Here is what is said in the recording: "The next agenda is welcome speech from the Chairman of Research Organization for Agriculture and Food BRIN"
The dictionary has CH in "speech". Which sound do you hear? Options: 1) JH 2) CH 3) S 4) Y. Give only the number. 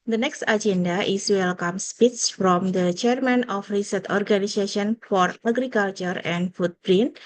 3